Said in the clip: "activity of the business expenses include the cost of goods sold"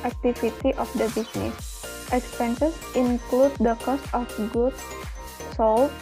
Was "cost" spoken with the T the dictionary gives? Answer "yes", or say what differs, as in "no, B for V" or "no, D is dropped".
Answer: yes